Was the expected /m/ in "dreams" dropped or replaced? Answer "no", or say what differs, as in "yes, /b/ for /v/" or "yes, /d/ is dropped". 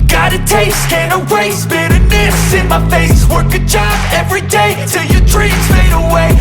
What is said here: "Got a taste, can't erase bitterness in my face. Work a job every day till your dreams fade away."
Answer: yes, /m/ is dropped